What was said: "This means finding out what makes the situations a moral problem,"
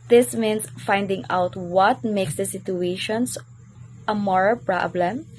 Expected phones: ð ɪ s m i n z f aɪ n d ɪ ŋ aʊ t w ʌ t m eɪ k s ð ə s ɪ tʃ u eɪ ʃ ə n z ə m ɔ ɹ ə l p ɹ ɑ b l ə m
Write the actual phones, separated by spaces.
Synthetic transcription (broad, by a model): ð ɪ s m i n s f aɪ n d ɪ ŋ aʊ t w ʌ t m eɪ k s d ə s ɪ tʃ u eɪ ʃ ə n s ə m ɔ ɹ ə l p ɹ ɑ b l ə m